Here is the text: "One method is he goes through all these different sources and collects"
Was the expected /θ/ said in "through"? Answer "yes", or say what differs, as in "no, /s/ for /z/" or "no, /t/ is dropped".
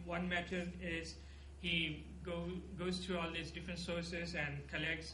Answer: no, /t/ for /θ/